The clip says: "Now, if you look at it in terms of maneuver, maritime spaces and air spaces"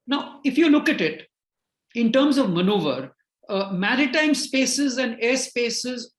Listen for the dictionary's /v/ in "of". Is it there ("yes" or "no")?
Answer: yes